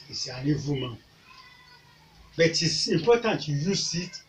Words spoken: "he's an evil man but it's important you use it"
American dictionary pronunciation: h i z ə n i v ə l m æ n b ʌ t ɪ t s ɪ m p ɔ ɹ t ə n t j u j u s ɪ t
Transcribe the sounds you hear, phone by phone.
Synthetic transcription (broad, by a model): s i ə n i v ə m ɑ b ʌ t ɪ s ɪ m p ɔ t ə n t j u j u s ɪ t